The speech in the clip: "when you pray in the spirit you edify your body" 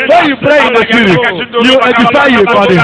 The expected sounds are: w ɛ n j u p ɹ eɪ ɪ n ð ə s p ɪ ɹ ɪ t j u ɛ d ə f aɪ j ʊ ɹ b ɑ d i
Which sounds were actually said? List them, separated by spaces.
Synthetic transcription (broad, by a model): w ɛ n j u p ɹ eɪ ɪ n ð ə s ɪ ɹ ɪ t j u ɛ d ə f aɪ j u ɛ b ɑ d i